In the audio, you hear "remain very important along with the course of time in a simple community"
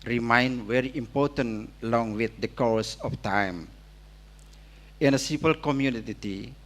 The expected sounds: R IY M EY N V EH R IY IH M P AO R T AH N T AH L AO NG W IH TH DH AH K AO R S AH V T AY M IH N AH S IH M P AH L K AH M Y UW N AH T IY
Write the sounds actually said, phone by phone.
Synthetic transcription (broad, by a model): R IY M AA N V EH R IY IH M P AO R T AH N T AH L AO NG W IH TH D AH K AO R S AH F T AY M IH N AH S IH P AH L K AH M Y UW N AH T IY